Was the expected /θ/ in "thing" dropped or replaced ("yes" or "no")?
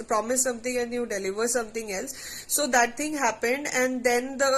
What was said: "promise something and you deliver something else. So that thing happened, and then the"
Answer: yes